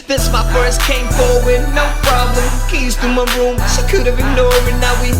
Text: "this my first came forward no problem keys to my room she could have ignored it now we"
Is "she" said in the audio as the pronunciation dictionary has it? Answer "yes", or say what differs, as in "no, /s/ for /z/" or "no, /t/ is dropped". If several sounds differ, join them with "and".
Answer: no, /s/ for /ʃ/